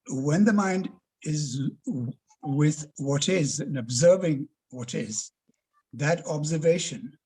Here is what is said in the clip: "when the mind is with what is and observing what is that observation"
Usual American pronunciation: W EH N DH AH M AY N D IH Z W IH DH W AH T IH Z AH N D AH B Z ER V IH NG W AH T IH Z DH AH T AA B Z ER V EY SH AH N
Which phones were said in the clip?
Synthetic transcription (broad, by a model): W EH N DH AH M AY N D IH Z W IH DH W AH T IH Z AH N AH B Z ER V IH NG W AH T IH Z DH AH T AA B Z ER V EY SH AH N